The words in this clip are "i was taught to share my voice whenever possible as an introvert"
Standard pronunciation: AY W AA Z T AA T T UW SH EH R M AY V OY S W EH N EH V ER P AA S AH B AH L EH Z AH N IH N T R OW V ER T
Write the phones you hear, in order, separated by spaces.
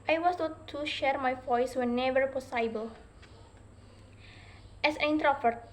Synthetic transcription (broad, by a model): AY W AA S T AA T T UW SH EH R M AY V OY S W EH N EH V ER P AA S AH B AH L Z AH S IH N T R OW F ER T